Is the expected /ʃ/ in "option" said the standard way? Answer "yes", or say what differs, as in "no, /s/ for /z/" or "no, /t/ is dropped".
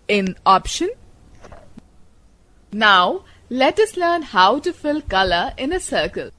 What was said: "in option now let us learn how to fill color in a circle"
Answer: yes